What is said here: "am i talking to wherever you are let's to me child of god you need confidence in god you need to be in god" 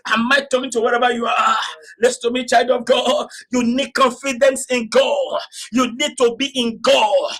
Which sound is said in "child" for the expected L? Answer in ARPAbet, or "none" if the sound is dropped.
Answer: L